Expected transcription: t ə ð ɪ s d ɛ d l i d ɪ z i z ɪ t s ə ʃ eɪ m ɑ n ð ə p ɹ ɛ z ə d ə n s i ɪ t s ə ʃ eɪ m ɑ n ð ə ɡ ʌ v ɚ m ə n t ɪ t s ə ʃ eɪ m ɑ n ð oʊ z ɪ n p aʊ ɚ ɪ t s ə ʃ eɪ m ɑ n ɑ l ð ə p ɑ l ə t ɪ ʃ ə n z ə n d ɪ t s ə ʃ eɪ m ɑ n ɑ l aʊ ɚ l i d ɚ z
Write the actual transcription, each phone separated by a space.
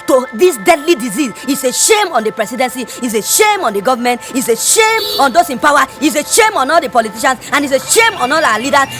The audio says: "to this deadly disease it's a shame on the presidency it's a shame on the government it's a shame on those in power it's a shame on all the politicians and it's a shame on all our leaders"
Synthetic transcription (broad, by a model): t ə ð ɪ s d ɛ d l i d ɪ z i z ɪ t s ə ʃ eɪ m ɑ n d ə p ɹ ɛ s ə d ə n s i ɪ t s ə ʃ eɪ m ɑ n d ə ɡ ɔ v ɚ m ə n t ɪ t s ə ʃ eɪ m ɑ n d oʊ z ɪ n p aʊ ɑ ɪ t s ə ʃ eɪ m ɑ n ɑ l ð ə p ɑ l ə t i ʃ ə n s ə n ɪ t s ə ʃ eɪ m ɑ n ɑ l aʊ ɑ l i d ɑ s